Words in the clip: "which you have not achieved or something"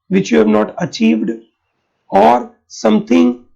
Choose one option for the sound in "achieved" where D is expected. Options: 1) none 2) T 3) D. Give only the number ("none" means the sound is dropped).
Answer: 3